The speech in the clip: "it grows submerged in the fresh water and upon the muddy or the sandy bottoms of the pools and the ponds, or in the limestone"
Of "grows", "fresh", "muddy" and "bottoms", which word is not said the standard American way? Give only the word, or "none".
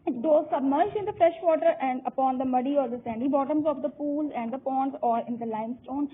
grows